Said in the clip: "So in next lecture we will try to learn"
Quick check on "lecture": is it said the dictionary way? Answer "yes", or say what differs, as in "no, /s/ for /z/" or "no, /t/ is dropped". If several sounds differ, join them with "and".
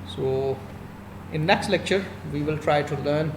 yes